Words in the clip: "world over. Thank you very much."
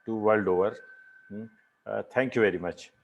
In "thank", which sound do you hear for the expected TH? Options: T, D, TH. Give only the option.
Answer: T